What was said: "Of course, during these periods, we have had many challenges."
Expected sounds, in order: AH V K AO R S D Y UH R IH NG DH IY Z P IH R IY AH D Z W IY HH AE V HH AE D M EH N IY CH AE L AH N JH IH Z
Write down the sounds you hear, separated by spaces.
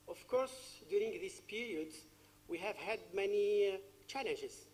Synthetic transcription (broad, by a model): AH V K AO R S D Y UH R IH NG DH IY S P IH R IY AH D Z W IY HH AE V HH AE D M EH N IY CH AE L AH N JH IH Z